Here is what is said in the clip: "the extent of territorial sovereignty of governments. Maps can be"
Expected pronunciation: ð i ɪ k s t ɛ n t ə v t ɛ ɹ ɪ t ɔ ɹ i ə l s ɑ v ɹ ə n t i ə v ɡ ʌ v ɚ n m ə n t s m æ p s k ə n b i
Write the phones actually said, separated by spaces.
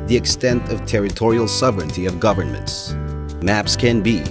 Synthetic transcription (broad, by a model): ð i ɪ k s t ɛ n t ə v t ɛ ɹ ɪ t ɔ ɹ i l s ɑ v ɹ ə n t i ə v ɡ ʌ v ɚ n m ə n t s m æ p s k ə n b i